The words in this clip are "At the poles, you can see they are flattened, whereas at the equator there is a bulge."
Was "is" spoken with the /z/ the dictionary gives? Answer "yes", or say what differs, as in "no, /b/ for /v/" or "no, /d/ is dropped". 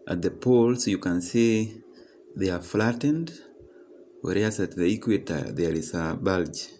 no, /s/ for /z/